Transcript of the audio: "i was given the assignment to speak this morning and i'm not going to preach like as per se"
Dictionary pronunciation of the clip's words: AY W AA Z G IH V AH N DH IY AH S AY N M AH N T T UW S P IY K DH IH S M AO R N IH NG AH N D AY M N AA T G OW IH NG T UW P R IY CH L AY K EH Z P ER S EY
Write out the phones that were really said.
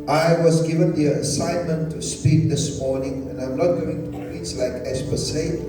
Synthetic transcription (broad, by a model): AY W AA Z G IH V AH N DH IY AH S AY N M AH N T T UW S P IY K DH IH S M AO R N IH NG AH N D AY M N AA T G OW IH NG T UW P IY S L AY K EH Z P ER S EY